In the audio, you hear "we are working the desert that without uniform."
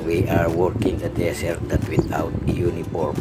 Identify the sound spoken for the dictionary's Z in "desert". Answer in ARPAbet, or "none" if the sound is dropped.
S